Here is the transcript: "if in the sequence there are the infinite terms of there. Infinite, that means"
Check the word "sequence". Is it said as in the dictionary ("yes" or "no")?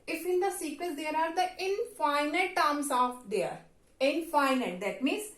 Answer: no